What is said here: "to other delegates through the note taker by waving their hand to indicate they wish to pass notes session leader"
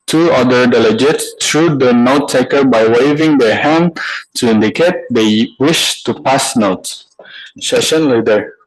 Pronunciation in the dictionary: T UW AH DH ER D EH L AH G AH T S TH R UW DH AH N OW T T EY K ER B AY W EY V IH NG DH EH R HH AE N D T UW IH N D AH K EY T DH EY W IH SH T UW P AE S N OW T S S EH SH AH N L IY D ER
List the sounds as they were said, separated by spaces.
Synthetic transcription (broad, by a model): T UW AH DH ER D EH L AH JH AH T S T R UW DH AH N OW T T EY K ER B AY W EY V IH NG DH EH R HH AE N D T UW IH N D AH K EY T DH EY W IH SH T UW P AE S N OW T S S EH SH AH N L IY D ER